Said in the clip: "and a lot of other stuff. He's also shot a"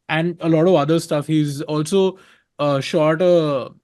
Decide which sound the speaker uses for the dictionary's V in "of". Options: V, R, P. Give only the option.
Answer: V